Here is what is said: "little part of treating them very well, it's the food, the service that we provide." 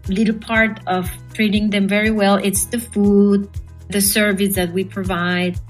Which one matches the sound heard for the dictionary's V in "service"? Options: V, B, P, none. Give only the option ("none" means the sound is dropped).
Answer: V